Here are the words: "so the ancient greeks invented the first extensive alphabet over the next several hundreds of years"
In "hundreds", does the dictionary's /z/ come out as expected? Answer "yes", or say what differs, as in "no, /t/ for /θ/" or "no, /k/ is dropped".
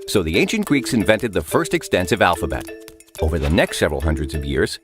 yes